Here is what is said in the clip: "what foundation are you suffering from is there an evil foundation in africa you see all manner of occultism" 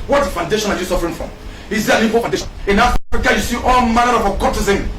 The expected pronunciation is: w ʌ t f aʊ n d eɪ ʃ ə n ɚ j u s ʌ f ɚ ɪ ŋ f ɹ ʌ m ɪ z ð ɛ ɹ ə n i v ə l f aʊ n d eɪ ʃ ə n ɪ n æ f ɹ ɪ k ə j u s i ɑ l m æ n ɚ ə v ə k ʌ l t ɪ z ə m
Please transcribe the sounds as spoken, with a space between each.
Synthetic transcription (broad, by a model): w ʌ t f aʊ n d eɪ ʃ ə n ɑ j u s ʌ f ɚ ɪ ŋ f ɹ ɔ m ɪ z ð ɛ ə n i p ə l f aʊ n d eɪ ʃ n ɪ n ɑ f ɹ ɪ k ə j u s i ɑ l m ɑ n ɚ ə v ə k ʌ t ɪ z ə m